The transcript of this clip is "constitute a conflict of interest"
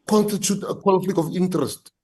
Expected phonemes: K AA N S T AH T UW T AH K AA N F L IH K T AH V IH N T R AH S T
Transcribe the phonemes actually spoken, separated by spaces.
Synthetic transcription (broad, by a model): K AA N S T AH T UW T AH K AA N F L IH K AH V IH N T R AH S T